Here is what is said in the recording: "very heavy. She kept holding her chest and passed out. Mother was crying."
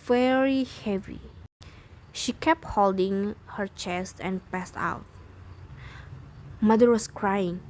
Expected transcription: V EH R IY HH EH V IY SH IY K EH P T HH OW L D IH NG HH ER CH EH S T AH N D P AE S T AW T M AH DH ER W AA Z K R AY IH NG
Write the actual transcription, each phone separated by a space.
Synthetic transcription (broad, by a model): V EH R IY HH EH V IY SH IY K EH P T HH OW L D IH NG HH ER CH EH S T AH N P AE S T AW T M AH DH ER W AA S K R AY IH NG